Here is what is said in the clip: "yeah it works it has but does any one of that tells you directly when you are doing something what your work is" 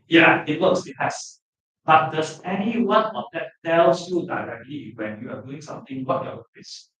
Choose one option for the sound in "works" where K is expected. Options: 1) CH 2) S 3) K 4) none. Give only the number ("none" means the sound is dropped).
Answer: 4